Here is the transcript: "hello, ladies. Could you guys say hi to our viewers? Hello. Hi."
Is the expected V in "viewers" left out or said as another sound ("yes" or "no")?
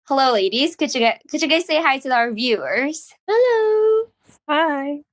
no